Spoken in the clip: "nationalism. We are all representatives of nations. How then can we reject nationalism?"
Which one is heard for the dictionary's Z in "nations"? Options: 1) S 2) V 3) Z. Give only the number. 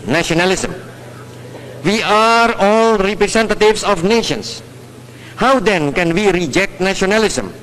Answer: 1